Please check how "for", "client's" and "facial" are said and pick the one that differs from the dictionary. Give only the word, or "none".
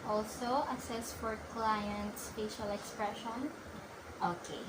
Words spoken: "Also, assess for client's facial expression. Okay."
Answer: facial